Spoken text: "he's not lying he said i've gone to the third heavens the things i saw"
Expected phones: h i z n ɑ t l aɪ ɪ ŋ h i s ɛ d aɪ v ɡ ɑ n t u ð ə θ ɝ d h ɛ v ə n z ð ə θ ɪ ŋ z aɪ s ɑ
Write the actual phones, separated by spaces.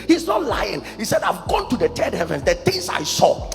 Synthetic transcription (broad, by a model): h i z n ɑ t l aɪ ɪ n h i s ɛ d aɪ v ɡ ɑ n t u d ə t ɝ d h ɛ v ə n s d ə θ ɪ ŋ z aɪ s ɑ